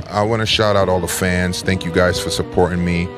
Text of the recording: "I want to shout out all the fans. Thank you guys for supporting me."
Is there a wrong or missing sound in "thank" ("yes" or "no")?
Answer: no